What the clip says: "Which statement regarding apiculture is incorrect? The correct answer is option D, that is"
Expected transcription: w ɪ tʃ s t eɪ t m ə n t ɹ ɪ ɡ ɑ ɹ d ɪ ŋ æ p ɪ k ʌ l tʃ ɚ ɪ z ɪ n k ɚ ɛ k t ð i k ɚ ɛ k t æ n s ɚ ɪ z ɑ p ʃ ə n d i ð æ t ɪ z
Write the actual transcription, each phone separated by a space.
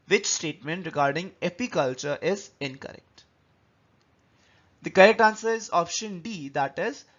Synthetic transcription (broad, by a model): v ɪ tʃ s t eɪ t m ə n t ɹ ɪ ɡ ɑ ɹ d ɪ ŋ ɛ p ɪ k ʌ l tʃ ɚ ɪ z ɪ n k ɚ ɛ k t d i k ɚ ɛ k t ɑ n s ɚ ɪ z ɑ p ʃ ə n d i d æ t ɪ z